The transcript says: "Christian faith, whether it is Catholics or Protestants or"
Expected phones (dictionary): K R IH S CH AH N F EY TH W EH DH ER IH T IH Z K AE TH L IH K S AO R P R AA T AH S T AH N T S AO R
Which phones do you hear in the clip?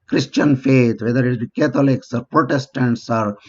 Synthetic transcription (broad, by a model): K R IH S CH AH N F EY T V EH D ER IH T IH K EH T L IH K S AO R P R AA T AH S T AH N T S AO R